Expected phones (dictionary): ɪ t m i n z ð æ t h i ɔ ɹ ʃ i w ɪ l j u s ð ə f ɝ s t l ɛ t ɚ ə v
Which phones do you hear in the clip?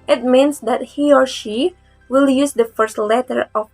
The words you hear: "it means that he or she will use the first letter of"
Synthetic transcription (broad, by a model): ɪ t m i n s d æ t h i ɔ ɹ ʃ i w ɪ l j u s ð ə f ɝ s t l ɛ t ɚ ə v